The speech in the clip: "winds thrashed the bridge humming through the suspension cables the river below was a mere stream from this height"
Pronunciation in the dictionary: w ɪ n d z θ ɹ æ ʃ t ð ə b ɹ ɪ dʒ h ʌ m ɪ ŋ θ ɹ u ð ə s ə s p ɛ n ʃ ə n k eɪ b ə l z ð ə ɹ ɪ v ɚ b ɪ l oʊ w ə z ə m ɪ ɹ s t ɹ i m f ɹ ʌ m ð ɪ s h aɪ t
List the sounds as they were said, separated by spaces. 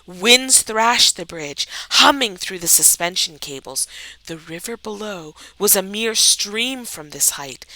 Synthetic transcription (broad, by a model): w ɪ n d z θ ɹ æ ʃ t ð ə b ɹ ɪ dʒ h ʌ m ɪ ŋ θ ɹ u ð ə s ə s p ɛ n ʃ ə n k eɪ b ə l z ð ə ɹ ɪ v ɚ b ɪ l oʊ w ə z ə m ɪ ɹ s t ɹ i m f ɹ ʌ m ð ɪ s h aɪ t